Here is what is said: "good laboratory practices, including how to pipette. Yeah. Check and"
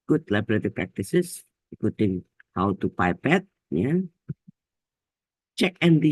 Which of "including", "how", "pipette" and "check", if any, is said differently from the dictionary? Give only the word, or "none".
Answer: including